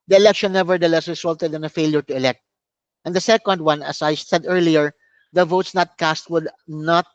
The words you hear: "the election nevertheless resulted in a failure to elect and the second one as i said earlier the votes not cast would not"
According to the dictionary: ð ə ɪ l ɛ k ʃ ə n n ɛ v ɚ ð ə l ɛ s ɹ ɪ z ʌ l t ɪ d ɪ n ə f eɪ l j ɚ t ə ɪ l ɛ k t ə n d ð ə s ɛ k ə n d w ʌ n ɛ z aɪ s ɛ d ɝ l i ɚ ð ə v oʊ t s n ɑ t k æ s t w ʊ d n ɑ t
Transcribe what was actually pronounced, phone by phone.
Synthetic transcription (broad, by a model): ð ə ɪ l ɛ k ʃ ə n n ɛ v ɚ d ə l ɛ s ɹ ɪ s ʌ l t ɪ d ɪ n ə f eɪ l j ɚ t ə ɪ l ɛ k t ə n d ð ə s ɛ k ə n d w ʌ n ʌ s aɪ s ɛ d ɝ l i ɚ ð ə v oʊ t s n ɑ t k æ s t w ʊ d n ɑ t